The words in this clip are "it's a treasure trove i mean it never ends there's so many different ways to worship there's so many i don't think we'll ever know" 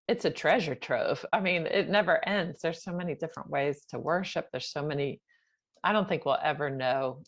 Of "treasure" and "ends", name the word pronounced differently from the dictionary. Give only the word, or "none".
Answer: none